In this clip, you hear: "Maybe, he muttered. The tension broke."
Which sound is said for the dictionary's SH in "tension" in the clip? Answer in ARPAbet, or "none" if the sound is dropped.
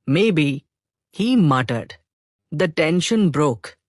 SH